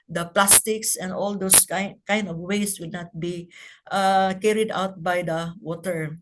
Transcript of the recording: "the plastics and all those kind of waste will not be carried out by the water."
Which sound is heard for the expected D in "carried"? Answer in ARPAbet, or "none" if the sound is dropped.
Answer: D